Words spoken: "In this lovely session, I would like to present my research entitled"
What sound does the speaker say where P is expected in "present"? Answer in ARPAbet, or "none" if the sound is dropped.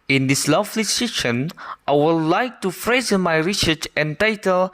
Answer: F